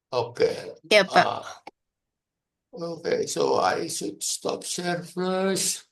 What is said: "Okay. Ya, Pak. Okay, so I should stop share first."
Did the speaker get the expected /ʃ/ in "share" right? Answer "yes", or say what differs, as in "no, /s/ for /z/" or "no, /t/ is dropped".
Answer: no, /s/ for /ʃ/